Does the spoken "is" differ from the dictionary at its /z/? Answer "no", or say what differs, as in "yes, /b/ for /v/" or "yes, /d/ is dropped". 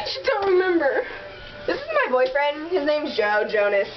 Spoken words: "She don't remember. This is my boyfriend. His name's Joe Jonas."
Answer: no